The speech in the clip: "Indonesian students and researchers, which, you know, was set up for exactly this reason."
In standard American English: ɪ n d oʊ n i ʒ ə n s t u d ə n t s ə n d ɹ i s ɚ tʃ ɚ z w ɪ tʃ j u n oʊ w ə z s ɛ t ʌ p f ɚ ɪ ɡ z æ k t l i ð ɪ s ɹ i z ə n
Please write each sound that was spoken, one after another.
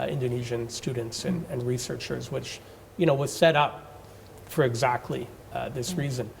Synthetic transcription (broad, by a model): ɪ n d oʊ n i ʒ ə n s t u d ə n t s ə n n ɹ i s ɚ tʃ ɚ z w ɪ tʃ j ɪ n oʊ w ə z s ɛ t ʌ p f ɚ ɪ ɡ z æ k t l i ð ɪ s ɹ i z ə n